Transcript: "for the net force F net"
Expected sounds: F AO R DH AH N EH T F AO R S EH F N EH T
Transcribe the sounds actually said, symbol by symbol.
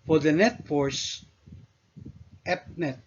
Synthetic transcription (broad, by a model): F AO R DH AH N EH T F AO R S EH P N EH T